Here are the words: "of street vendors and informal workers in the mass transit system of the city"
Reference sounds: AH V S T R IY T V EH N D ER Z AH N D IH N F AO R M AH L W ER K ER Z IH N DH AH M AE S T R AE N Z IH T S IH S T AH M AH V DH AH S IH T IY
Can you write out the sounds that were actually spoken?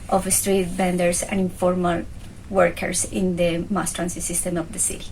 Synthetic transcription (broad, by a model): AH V S T R IY T B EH N D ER S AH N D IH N F AO R M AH L W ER K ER S IH N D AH M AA S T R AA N S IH S IH S T AH M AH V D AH S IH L